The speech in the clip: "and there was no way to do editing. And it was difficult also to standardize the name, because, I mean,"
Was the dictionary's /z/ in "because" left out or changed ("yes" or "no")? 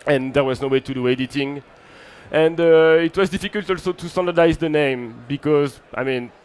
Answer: no